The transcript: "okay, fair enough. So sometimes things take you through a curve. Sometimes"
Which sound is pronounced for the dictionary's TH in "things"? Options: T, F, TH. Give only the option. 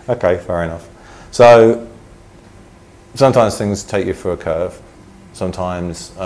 TH